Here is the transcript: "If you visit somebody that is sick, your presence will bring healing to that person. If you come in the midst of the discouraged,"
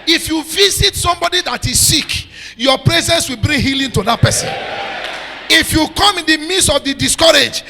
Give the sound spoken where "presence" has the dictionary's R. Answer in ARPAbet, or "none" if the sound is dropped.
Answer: R